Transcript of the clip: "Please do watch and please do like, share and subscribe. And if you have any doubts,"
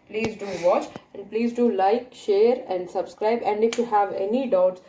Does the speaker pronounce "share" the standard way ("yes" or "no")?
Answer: yes